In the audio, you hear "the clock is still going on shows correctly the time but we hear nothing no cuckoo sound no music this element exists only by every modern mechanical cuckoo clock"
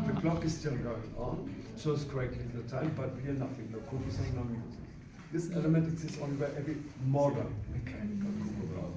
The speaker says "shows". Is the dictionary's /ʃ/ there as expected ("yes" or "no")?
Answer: no